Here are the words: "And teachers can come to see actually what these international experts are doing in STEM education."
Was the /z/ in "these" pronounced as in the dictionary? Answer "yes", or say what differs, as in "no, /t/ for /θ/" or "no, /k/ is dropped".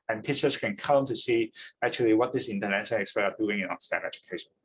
no, /s/ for /z/